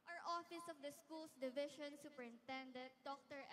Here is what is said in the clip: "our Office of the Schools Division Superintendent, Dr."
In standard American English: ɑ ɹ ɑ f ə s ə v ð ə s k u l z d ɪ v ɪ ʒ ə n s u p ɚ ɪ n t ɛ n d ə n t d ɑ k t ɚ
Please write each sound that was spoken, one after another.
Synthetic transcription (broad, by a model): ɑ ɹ ɑ f ə s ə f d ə s k u l s d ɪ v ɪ ʃ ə n s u p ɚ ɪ n t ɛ n d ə t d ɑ k t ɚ